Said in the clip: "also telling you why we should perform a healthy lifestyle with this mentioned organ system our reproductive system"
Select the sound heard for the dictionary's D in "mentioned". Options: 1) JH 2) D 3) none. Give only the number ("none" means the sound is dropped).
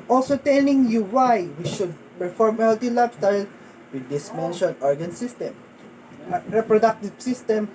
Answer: 3